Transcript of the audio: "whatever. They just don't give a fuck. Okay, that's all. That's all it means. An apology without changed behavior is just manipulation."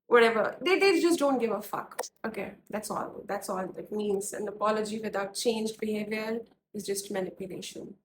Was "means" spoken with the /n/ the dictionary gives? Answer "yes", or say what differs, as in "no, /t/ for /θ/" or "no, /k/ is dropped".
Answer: yes